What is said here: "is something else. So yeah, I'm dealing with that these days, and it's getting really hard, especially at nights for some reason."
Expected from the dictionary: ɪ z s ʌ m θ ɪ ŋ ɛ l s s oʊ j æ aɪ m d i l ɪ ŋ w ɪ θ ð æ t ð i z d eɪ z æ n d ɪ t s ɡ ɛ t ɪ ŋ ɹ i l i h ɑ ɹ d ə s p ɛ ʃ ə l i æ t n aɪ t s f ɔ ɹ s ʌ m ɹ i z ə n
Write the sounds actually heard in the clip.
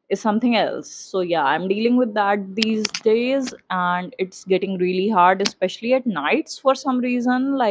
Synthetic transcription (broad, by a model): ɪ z s ʌ m t ɪ ŋ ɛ l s s oʊ j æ aɪ m d i l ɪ ŋ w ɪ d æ t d i z d eɪ z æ n d ɪ t s ɡ ɛ t ɪ ŋ ɹ i l i h ɑ ɹ d ə s p ɛ ʃ ə l i æ t n aɪ t s f ɔ ɹ s ʌ m ɹ i z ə n